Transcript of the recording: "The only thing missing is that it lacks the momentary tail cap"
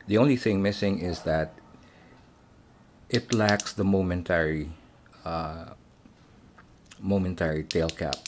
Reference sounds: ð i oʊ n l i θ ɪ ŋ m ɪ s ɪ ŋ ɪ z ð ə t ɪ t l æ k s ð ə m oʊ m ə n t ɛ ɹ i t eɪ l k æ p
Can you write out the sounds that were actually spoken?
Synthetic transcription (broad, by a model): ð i oʊ n l i θ ɪ ŋ m ɪ s ɪ ŋ ɪ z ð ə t ɪ t l æ k s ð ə m oʊ m ə n t ɛ ɹ i t eɪ l k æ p